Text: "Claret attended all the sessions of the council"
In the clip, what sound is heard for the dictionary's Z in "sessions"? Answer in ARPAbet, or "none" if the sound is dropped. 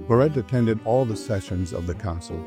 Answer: Z